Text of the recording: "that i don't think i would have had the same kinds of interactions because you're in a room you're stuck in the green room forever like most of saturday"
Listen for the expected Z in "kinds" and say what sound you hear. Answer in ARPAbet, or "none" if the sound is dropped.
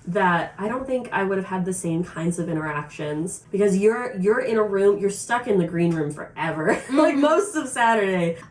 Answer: Z